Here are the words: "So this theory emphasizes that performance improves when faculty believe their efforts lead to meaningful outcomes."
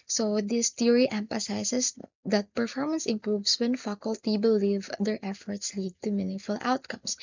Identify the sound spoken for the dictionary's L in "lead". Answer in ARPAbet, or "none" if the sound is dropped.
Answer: L